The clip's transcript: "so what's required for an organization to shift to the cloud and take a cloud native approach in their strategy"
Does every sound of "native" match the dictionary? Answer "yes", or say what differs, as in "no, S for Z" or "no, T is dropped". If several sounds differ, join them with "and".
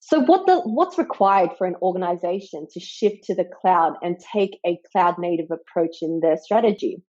yes